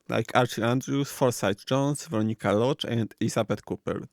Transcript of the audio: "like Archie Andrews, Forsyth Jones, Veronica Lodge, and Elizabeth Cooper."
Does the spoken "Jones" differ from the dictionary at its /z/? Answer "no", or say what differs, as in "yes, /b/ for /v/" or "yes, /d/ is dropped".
yes, /s/ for /z/